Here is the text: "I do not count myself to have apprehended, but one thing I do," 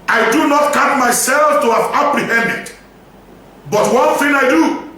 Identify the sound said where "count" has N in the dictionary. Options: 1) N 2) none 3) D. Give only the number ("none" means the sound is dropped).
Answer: 2